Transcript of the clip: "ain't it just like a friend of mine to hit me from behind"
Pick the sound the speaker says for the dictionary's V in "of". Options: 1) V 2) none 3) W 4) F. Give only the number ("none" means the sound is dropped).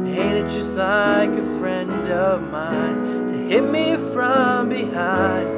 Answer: 1